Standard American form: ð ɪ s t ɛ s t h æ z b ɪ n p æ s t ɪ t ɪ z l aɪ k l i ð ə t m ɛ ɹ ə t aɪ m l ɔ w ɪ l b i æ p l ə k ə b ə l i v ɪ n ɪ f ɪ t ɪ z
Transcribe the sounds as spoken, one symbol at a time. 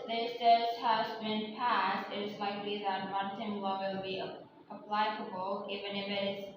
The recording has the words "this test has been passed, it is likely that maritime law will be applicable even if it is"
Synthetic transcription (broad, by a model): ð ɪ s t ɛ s h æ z b ɪ n p æ s t ɪ t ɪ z l aɪ k l i ð ə t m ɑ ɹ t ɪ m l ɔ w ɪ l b i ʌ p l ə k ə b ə l i v ɪ n ɪ f ɪ t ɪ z